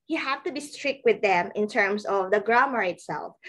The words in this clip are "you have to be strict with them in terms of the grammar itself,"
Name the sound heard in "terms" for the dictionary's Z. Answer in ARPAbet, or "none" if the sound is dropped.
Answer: S